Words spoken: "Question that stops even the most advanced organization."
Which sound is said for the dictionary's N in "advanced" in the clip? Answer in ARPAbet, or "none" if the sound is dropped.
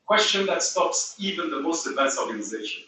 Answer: none